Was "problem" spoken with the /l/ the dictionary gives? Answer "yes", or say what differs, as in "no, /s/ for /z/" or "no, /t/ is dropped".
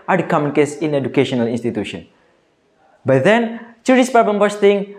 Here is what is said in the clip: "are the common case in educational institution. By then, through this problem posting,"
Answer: no, /l/ is dropped